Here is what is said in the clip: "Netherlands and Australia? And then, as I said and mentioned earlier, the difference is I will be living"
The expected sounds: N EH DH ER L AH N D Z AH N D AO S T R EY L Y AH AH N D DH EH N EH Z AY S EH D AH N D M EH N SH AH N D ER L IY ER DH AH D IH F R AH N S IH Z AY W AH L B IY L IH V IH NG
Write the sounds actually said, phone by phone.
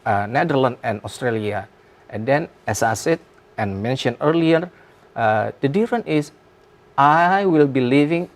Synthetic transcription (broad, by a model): N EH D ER L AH N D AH N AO S T R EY L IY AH AH N D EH N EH S AY S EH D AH N M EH N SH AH N ER L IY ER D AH D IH F R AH N IH S AY W AH L B IY L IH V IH NG